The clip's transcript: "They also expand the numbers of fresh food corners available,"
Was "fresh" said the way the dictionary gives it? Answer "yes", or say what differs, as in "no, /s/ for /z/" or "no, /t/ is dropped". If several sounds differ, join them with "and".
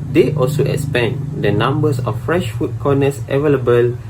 yes